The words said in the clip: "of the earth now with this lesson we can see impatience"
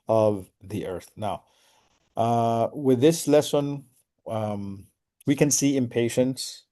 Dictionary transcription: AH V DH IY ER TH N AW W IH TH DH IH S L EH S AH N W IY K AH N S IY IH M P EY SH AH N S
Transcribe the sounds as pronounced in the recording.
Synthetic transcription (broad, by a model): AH V DH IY ER TH N AW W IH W DH IH S L EH S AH N W IY K AH N S IY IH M P EY SH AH N S